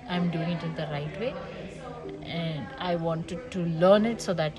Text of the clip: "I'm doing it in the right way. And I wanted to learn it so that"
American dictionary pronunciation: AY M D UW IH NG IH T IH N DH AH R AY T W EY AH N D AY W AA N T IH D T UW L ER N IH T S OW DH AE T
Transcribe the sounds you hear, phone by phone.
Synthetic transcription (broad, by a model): AY M D UW IH NG IH T IH N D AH R AY T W EY AH N D AY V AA N T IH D T UW L ER N IH T S OW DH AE T